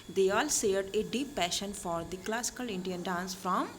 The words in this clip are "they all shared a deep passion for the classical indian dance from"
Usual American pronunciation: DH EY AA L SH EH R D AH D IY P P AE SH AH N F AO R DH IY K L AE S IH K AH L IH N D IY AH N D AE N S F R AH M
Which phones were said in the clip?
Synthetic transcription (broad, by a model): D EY AA L S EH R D AH D IY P P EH SH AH N F AO R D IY K L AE S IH K AH L IH N D IY AH N D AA N S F R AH M